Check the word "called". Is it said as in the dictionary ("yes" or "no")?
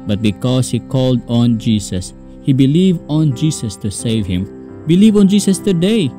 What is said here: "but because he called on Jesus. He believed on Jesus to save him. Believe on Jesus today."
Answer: yes